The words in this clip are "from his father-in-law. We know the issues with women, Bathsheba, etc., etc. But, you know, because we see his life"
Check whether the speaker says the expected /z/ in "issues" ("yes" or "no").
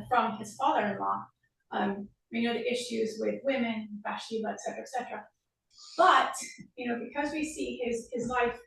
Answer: yes